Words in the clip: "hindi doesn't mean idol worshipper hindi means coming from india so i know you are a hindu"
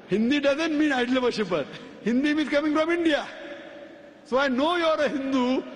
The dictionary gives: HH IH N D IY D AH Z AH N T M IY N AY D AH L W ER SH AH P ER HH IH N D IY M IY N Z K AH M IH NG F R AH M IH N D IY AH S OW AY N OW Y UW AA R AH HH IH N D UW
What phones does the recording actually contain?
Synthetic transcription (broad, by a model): HH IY N D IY D AH Z AH N T M IY N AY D L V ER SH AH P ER HH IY N D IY M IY Z K AH M IH NG F R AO M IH N D IY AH S OW AY N OW Y AA R AH HH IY N D UW